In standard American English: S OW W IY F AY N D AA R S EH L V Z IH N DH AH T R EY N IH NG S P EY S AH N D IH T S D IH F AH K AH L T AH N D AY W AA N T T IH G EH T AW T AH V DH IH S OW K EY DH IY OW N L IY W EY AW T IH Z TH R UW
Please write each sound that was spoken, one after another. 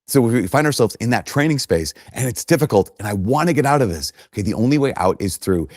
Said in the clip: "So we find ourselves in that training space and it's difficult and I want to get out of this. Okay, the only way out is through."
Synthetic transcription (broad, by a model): S OW W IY F AY N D AA R S EH L V Z IH N DH AH T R EY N IH NG S P EY S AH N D IH T S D IH F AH K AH L T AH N AY W AA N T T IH G EH T AW T AH V DH IH S OW K EY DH IY OW N L IY W EY AW T IH Z TH R UW